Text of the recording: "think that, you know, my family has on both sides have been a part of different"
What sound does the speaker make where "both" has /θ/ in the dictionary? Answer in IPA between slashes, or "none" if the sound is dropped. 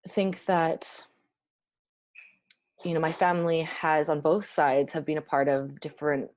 /θ/